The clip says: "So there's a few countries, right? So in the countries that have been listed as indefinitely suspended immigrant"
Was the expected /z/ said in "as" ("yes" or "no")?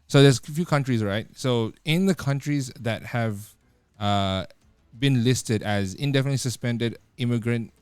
yes